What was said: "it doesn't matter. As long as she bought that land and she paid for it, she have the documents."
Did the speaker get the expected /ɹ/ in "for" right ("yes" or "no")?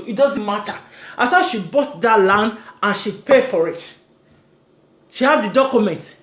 yes